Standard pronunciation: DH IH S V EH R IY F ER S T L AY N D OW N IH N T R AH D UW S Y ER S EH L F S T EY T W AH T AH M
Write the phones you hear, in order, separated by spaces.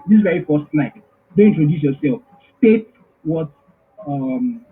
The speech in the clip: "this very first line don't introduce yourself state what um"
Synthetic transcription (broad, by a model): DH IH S V EH R IY F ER S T N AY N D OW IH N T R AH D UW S Y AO S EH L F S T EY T W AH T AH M